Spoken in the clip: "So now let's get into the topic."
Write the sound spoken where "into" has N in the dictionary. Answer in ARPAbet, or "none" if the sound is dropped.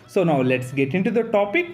N